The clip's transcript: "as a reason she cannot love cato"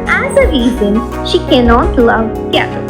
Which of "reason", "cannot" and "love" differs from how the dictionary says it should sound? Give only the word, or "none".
none